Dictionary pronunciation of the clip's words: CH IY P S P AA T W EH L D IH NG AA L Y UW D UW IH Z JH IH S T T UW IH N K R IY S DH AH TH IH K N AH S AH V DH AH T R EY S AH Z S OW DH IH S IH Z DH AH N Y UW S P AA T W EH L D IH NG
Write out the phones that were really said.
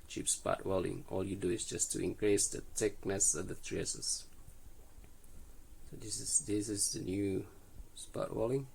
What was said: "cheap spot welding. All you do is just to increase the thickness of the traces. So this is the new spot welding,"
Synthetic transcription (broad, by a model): CH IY P S P AA T W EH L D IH NG AA L Y UW D UW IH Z JH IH S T T UW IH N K R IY S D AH T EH K N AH S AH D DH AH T R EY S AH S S OW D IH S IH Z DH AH N Y UW S P AA T W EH L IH NG